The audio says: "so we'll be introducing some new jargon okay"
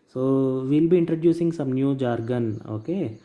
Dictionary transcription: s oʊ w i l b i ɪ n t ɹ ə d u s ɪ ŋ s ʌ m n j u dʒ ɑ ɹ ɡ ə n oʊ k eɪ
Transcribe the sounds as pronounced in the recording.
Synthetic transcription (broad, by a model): s oʊ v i l b i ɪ n t ɹ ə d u s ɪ ŋ s ʌ m n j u dʒ ɑ ɹ ɡ ə n oʊ k eɪ